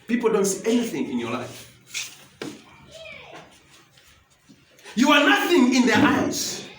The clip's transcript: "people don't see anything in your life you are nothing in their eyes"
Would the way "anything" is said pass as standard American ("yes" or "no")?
yes